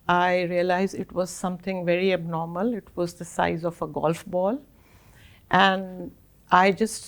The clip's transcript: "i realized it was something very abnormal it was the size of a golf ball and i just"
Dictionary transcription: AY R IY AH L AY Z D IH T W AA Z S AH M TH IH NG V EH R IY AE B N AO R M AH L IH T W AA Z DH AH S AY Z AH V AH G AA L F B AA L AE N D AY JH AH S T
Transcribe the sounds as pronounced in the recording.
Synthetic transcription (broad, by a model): AY R IY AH L AY Z IH T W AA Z S AH M T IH NG V EH R IY AE B N AO R M AH L IH T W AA Z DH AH S AY Z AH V AH G AA L F B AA L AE N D AY JH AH S T